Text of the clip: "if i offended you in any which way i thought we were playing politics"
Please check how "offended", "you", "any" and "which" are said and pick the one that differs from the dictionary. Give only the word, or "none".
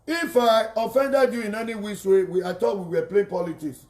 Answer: which